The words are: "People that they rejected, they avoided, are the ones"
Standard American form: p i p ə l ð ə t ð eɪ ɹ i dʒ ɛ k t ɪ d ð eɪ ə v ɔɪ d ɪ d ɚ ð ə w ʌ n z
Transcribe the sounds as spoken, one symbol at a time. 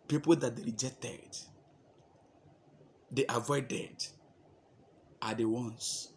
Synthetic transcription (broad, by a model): p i p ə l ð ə t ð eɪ ɹ i dʒ ɛ k t ɪ d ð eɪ ə v ɔɪ d ɪ d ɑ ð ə w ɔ n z